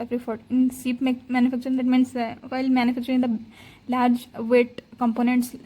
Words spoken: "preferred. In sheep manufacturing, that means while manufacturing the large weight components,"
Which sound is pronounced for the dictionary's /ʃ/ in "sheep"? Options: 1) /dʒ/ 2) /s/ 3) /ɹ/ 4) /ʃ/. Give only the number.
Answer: 2